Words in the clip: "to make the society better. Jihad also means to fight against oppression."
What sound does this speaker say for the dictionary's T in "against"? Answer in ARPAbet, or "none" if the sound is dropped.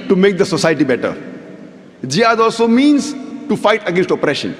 T